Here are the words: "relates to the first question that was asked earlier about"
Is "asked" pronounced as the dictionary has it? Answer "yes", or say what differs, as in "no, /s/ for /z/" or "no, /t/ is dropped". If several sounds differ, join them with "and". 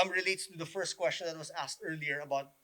yes